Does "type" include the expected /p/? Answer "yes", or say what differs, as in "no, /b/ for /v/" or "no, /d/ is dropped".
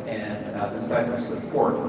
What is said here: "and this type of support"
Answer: no, /p/ is dropped